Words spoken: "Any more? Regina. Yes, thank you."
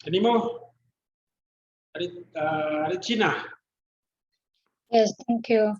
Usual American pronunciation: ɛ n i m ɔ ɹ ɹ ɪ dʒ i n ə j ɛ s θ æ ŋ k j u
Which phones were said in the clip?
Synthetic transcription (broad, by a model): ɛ n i m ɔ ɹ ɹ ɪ tʃ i n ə j ɛ s t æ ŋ k j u